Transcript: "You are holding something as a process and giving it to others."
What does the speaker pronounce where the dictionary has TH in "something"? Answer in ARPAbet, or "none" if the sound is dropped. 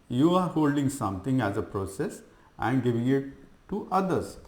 T